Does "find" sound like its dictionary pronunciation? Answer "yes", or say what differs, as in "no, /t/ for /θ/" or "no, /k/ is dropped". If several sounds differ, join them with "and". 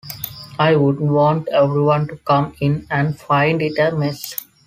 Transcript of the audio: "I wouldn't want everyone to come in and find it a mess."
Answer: yes